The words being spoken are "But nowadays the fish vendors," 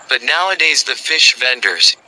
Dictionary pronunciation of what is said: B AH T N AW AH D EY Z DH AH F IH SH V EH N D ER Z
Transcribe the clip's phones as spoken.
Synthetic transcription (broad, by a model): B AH T N AW AH D EY Z DH AH F IH SH V EH N D ER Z